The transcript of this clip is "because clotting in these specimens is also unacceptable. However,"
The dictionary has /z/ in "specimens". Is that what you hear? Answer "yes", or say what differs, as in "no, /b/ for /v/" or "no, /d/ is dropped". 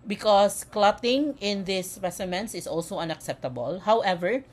no, /s/ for /z/